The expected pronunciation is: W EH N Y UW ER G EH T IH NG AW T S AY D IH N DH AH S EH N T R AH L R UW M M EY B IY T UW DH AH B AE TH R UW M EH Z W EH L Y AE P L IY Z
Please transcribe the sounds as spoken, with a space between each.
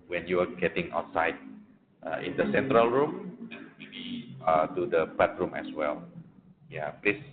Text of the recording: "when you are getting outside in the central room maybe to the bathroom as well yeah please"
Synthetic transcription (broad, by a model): W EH N Y UW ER G EH T IH NG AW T S AY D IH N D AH S EH N T R AH L R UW M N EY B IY T UW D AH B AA T R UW M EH S W EH L Y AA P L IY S